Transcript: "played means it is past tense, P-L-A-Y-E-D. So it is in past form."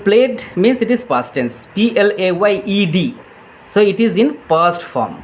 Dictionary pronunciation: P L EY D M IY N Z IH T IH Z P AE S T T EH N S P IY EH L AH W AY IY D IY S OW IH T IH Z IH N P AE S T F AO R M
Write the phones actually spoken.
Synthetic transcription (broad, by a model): P L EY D M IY N S IH T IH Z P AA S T T EH N S P IY EH L AH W AY IY D IY S OW IH T IH Z IH N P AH S T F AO R M